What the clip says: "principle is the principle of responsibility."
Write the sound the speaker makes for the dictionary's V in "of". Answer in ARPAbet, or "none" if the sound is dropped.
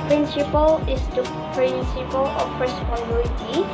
P